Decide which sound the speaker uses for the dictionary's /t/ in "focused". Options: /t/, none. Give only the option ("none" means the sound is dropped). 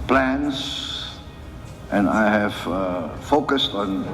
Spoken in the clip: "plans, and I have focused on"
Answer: /t/